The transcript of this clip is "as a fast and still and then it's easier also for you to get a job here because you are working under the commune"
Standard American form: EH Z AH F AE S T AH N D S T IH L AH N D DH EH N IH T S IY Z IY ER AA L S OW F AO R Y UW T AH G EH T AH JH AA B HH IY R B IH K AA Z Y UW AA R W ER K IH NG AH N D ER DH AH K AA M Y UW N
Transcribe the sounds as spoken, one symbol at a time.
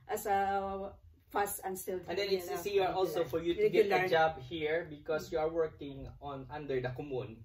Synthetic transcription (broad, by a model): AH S AH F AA S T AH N S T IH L AH N D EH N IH S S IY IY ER AA L S OW F AO R Y UW T AH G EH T AH JH AA B HH IY R B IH K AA S Y UW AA R W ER K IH NG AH N D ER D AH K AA M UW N